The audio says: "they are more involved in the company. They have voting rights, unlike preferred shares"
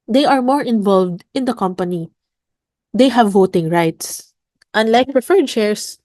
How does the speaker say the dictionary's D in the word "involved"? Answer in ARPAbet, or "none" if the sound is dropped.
D